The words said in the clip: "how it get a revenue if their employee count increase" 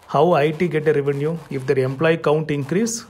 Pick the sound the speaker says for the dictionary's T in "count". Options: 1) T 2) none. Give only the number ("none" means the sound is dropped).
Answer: 1